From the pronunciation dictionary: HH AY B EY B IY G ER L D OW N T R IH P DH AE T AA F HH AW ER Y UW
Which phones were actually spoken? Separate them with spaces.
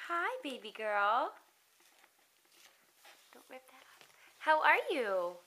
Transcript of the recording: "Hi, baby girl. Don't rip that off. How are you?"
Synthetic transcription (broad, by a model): HH AY B EY B IY G ER L D OW N T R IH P DH AE T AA P HH AW ER Y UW